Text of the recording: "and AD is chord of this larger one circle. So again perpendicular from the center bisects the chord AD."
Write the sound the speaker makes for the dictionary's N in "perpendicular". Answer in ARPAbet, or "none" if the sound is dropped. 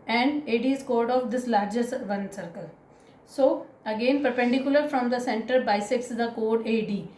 N